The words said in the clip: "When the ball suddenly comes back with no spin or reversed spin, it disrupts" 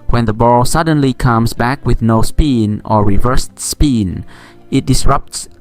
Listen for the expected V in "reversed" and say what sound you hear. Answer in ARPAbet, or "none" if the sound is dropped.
V